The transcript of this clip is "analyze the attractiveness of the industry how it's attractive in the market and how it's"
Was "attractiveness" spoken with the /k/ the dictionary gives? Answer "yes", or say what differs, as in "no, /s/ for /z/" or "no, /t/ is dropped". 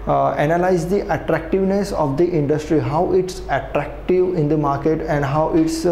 yes